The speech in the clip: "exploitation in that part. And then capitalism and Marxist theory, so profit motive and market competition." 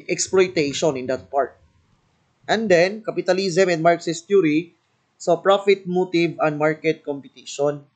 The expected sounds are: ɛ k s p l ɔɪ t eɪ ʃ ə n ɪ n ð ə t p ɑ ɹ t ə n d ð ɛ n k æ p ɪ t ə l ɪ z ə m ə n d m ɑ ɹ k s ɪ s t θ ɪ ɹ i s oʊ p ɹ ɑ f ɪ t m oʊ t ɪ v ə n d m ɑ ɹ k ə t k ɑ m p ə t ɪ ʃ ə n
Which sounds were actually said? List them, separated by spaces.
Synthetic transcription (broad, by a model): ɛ k s p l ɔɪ t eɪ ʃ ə n ɪ n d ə t p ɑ ɹ t ə n d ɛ n k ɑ p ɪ t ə l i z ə m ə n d m ɑ ɹ k s ɪ s t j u ɹ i s oʊ p ɹ ɑ f ɪ t m oʊ t ɪ v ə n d m ɑ ɹ k ə t k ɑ m p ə t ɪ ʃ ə n